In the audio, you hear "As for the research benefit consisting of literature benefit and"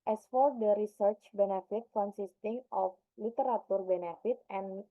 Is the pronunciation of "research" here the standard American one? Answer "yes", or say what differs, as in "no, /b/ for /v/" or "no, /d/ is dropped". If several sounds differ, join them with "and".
yes